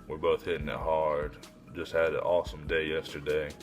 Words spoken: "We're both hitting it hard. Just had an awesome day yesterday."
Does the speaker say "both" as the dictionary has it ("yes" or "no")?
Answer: yes